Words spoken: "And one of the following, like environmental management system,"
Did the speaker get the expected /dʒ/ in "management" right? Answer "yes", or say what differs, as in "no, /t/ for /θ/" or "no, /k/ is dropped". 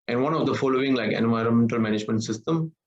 yes